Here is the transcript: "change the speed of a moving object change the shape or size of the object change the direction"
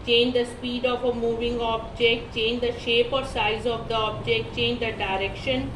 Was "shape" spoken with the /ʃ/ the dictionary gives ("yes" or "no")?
yes